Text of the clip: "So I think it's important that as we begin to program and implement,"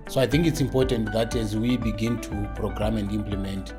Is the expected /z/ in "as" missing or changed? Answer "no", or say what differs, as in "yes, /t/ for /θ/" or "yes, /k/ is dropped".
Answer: no